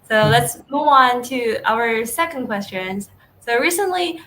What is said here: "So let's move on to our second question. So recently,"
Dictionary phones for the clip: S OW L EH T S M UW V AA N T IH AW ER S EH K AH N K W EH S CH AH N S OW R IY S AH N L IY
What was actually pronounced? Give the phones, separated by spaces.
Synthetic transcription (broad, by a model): S OW L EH T S M UW V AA N T IH AW ER S EH K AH N K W EH S CH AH N S OW R IY S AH N L IY